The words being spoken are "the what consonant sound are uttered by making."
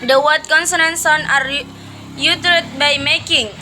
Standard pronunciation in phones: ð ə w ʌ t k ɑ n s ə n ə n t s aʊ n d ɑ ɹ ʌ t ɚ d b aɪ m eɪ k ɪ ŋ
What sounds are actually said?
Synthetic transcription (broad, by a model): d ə w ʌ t k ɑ n s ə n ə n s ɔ n ɑ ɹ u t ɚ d b aɪ m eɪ k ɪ ŋ